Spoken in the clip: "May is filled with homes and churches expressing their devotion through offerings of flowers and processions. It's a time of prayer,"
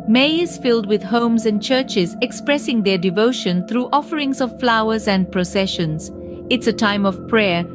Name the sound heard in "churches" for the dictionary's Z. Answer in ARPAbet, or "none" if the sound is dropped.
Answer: Z